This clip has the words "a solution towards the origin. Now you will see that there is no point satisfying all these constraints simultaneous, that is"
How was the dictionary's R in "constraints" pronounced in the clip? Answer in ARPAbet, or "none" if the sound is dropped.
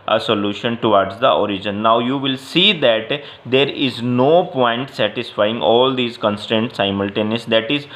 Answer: none